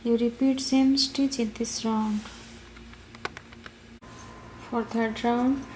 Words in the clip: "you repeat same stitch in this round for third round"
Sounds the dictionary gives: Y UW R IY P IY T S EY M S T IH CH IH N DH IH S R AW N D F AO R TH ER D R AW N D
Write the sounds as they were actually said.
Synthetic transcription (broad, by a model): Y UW R IY P IY T S EY M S T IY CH IH N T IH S R AW N D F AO R T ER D R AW N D